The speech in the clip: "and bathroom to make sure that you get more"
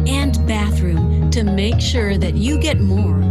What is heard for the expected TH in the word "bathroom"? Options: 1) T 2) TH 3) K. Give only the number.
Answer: 2